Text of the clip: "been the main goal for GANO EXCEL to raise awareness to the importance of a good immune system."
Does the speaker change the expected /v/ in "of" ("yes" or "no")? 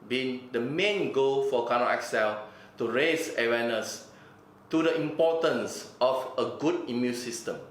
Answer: yes